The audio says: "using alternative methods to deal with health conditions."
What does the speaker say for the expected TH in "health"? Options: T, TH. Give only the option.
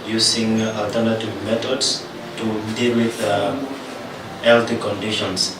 T